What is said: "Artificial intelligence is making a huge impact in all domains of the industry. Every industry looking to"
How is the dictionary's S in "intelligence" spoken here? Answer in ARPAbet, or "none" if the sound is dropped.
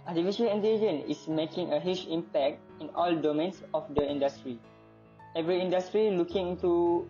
none